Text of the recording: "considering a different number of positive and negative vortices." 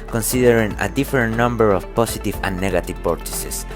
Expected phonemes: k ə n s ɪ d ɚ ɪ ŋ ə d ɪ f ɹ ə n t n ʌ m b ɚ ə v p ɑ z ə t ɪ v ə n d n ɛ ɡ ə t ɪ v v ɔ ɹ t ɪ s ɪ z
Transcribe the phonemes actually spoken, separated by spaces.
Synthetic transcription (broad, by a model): k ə n s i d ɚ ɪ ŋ ə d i f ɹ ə n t n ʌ m b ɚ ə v p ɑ s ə t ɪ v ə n n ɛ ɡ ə t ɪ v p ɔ ɹ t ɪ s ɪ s